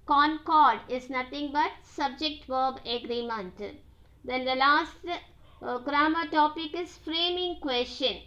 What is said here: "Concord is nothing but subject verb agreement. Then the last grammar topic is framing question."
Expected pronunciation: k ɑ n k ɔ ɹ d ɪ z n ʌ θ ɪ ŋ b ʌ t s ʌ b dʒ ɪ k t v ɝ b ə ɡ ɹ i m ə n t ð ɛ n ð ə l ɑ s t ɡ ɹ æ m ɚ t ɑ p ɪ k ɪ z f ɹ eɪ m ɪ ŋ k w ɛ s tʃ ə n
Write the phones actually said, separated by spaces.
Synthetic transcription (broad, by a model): k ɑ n k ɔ ɹ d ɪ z n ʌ t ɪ ŋ b ʌ t s ʌ b dʒ ɪ k t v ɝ b ə ɡ ɹ i m ə n t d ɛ n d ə l ɑ s t ɡ ɹ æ m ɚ t ɑ p ɪ k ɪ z f ɹ eɪ m ɪ ŋ k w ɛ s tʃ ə n